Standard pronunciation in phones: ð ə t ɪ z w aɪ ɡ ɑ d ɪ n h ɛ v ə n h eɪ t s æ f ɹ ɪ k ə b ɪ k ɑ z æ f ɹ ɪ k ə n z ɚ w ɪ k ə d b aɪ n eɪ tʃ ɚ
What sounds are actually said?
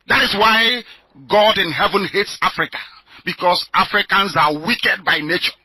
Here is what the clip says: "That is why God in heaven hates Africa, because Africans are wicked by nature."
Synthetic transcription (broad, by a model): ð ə t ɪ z w aɪ ɡ ɑ d ɪ n h ɛ v ə n h eɪ t s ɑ f ɹ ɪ k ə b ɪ k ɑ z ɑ f ɹ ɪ k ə n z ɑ w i k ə d b aɪ n eɪ tʃ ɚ